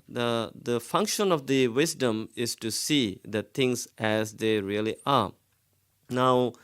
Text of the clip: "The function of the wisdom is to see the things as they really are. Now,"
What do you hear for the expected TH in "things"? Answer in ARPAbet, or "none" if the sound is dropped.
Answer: T